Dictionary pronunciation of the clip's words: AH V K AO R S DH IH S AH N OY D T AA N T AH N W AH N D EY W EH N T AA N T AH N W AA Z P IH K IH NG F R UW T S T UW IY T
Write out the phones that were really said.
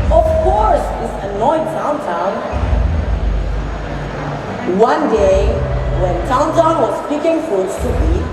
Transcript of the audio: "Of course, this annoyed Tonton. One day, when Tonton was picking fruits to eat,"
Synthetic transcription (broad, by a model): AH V K AO R S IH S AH N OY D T AA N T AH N W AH N D EY W EH N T AA N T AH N W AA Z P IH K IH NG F UW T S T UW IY